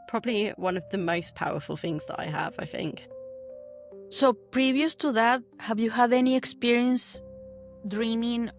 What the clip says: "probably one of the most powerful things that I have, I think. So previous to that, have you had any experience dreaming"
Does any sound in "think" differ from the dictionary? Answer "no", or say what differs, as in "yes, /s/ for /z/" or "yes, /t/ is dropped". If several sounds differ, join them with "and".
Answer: no